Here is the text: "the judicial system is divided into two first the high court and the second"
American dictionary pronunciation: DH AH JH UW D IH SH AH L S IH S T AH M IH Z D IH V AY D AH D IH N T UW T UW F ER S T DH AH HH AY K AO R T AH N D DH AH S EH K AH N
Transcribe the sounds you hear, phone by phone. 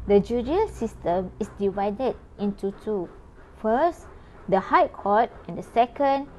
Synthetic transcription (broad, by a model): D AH JH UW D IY AH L S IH S T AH M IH S D IH V AY D AH D IH N T UW T UW F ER S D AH HH AY K AO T AH N D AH S EH K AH N